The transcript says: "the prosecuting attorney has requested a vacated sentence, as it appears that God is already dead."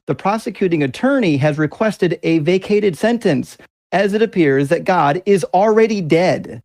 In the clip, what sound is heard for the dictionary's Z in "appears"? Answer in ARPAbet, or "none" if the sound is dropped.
Z